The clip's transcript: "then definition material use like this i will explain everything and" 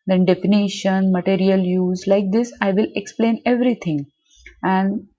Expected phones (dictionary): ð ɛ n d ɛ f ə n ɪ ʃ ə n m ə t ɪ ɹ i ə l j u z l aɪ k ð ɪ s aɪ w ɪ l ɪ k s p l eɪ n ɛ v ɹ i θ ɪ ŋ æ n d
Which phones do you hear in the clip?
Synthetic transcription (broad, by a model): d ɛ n d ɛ f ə n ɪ ʃ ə n m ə t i ɹ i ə l j u z l aɪ k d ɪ s aɪ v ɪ l ɪ k s p l eɪ n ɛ v ɹ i t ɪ ŋ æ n d